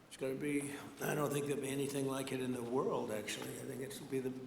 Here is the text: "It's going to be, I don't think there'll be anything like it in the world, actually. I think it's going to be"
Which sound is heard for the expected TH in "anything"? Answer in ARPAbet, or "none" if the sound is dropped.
TH